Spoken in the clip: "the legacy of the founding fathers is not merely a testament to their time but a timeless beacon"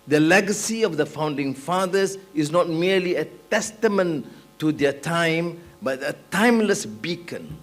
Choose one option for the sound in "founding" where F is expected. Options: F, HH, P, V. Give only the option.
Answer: F